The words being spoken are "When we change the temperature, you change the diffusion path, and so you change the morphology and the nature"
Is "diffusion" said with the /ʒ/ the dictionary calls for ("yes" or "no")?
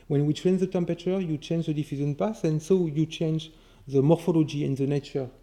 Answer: no